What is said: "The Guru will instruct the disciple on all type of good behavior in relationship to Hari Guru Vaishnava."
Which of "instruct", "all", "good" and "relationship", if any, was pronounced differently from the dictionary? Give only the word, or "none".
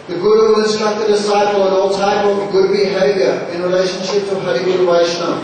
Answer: instruct